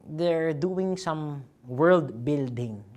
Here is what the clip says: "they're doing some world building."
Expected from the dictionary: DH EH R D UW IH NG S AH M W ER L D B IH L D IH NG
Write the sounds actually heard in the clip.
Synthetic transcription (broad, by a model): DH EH R D UW IH NG S AH M W ER L D B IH L D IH NG